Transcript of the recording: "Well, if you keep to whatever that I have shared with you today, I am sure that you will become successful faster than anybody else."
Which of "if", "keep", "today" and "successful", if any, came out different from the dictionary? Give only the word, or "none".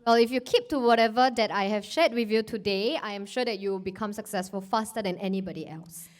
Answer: none